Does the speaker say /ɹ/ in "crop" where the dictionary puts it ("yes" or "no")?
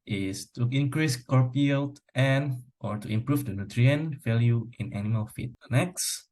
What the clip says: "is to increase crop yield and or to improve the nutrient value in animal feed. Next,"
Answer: no